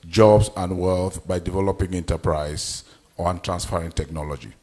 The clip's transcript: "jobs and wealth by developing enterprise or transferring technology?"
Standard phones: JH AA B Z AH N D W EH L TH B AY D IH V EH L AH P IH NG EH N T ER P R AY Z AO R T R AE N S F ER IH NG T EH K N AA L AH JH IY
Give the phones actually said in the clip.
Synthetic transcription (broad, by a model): JH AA B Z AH N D W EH L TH B AY D IH V EH L AH P IH NG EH N T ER P R AY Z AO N T R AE N S P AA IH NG T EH K N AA L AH JH IY